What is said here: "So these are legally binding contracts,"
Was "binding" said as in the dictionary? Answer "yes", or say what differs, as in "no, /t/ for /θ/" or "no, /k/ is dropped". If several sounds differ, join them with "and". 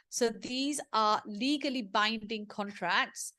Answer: yes